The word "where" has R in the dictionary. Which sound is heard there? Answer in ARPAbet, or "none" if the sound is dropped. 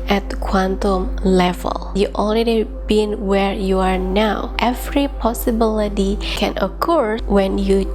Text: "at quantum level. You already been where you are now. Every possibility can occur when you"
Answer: R